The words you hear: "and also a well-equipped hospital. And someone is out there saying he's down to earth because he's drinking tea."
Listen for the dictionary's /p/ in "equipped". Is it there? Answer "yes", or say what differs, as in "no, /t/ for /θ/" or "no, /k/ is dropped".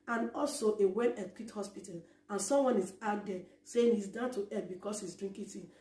no, /p/ is dropped